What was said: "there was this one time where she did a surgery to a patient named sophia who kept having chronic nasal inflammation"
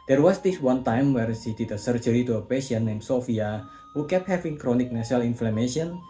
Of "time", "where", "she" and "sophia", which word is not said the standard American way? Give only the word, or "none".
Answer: she